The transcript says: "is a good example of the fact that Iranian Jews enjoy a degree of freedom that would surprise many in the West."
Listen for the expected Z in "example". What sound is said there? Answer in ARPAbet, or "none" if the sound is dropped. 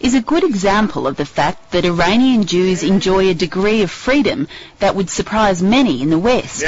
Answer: Z